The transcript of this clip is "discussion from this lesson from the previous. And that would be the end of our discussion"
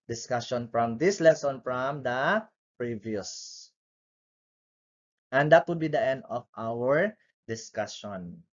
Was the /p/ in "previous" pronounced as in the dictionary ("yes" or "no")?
yes